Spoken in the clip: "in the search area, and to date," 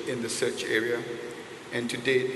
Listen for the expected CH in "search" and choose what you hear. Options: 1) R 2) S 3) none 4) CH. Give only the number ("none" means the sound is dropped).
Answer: 4